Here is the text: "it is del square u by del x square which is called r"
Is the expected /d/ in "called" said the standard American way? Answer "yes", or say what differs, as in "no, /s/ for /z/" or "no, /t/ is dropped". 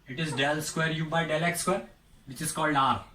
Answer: yes